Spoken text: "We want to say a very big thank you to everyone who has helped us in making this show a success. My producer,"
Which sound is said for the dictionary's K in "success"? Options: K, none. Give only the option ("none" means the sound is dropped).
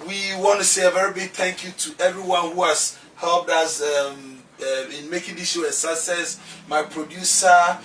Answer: none